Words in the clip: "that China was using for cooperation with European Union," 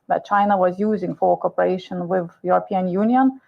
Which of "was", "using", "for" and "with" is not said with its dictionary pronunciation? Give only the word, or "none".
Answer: none